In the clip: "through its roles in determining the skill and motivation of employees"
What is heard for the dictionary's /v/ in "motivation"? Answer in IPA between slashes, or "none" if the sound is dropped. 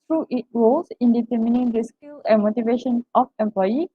/v/